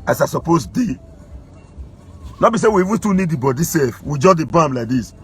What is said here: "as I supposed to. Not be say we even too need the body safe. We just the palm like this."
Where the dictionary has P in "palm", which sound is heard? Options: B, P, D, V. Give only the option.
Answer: B